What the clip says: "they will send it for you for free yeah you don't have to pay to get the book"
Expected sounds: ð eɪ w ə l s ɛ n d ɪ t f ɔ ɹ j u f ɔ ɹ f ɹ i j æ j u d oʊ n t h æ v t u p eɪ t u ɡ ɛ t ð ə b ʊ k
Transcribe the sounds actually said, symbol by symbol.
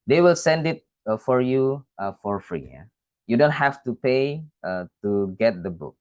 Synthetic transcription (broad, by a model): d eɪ w ə l s ɛ n d ɪ t f ɔ ɹ j u f ɔ ɹ f ɹ i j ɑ j u d oʊ n t h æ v t u p eɪ t u ɡ ɛ t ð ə b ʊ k